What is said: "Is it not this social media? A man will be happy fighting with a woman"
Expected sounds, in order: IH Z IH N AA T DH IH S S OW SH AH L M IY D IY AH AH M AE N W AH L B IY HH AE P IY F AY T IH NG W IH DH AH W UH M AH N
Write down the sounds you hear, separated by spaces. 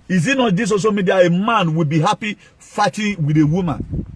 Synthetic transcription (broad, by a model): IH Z IH N AA T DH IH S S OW S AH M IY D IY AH M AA N W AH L B IY HH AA P IY F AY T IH W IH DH AH W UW M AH N